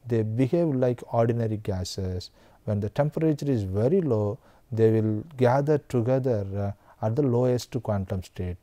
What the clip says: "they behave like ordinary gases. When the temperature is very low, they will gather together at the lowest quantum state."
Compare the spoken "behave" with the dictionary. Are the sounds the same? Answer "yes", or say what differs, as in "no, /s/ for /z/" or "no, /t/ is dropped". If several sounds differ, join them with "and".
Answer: yes